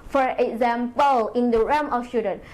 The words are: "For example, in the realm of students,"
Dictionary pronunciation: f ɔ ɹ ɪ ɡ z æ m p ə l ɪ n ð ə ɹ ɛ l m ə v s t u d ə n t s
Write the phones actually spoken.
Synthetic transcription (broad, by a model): f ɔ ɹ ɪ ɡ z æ m p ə l ɪ n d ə ɹ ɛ m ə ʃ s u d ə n